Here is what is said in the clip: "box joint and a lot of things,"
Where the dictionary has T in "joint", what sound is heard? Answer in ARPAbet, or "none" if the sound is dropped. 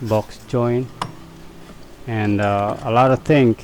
none